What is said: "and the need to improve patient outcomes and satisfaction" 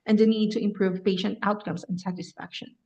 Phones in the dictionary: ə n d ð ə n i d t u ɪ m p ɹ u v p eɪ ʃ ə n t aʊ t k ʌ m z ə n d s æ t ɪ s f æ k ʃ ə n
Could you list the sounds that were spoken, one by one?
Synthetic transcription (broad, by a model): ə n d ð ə n i d t u ɪ m p ɹ u v p eɪ ʃ ə n t aʊ t k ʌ m s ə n s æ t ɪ s f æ k ʃ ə n